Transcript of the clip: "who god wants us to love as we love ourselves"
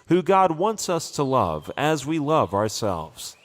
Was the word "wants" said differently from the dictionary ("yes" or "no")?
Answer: no